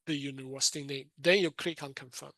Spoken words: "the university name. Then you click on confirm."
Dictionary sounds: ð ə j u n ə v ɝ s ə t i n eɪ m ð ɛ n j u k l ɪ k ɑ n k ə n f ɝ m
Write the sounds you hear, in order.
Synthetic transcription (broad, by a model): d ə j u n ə w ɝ s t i n eɪ m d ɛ n j u k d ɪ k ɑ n k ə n f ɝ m